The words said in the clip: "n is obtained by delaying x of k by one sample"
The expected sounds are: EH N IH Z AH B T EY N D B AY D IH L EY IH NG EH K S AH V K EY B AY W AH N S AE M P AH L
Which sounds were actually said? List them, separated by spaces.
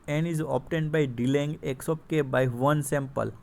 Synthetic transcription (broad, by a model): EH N IH Z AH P T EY N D B AY D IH L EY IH NG EH K S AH P K EY B AY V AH N S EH M P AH L